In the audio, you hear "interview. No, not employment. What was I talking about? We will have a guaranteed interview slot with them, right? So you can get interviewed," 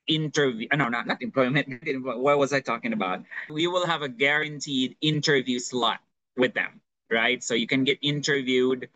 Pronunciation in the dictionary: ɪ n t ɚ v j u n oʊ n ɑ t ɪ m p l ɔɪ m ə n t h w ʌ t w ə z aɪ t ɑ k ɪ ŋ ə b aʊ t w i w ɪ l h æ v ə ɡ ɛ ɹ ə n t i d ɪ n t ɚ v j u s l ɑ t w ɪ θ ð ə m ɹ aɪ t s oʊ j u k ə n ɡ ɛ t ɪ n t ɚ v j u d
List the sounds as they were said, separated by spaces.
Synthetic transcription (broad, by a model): ɪ n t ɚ v j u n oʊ n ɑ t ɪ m p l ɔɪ m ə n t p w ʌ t w ə z aɪ t ɑ k ɪ ŋ ə b aʊ t w i w ɪ l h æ v ə ɡ ɛ ɹ ə n t i d ɪ n t ɚ v j u s l ɑ t w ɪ ð ə m ɹ aɪ t s oʊ j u k ə n ɡ ɛ t ɪ n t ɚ v j u d